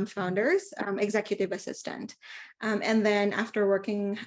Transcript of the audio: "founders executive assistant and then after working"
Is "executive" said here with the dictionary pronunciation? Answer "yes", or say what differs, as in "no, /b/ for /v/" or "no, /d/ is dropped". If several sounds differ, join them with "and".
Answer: yes